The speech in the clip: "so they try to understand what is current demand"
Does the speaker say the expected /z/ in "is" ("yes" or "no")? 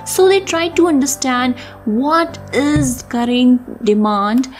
yes